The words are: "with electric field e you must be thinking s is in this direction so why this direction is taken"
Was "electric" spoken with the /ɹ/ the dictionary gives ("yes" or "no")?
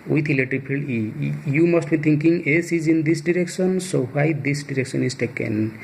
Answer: no